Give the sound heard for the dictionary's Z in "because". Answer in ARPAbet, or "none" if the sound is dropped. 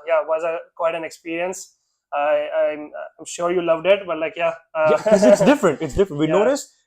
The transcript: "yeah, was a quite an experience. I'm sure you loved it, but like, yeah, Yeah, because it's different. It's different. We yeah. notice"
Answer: none